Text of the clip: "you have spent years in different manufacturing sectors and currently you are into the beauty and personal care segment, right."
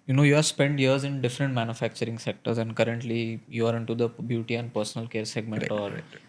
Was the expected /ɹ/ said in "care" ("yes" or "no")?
yes